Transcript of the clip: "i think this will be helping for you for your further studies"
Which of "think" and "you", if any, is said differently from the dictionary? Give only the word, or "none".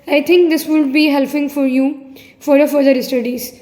think